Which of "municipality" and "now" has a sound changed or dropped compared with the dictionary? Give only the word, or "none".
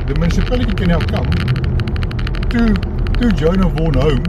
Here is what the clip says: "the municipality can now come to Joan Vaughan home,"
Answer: now